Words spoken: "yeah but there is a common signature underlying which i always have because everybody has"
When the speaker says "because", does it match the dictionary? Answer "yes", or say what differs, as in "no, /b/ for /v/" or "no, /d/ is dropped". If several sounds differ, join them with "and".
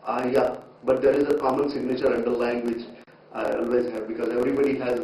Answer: yes